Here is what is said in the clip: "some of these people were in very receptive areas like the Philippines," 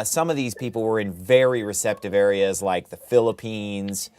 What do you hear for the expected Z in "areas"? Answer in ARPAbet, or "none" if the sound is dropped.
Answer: Z